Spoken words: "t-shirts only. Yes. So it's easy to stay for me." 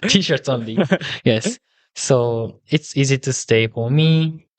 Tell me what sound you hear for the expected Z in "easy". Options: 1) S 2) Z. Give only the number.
2